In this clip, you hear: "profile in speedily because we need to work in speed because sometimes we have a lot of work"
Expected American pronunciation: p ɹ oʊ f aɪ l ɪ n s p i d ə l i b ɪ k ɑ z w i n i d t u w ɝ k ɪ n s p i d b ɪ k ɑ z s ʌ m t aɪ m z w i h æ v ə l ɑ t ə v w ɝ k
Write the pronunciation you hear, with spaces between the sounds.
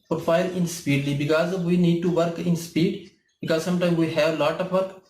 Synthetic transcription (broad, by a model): p ɹ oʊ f aɪ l ɪ n s p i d l i b ɪ k ɑ z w i n i d t u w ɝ k ɪ n s p i d b ɪ k ɑ z s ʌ m t aɪ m w i h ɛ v ə l ɑ t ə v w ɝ k